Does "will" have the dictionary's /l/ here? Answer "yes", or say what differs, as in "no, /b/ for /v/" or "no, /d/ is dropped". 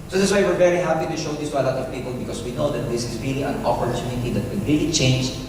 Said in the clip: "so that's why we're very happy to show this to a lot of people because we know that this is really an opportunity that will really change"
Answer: no, /n/ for /l/